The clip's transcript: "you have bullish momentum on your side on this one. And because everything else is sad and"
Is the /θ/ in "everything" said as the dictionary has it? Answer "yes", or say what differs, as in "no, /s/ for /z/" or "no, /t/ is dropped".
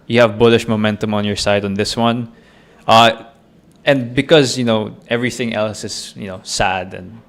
yes